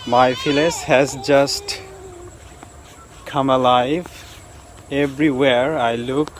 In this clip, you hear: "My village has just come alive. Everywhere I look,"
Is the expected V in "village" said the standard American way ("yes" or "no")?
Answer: no